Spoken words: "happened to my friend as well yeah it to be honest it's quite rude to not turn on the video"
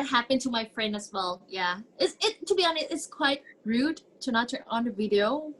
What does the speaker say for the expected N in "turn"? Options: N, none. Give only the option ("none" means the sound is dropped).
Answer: none